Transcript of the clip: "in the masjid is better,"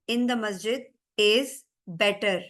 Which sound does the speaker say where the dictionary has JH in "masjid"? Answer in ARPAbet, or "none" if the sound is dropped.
JH